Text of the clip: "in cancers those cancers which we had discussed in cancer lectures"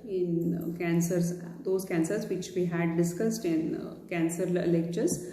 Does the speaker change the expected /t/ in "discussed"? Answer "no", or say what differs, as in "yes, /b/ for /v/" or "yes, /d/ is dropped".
no